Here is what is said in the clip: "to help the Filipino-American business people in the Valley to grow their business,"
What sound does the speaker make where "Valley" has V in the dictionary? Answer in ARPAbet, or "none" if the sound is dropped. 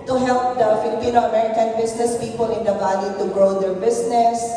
B